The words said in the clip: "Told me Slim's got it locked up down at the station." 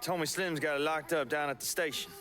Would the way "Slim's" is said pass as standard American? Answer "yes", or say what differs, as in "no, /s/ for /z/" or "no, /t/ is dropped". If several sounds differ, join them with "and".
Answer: yes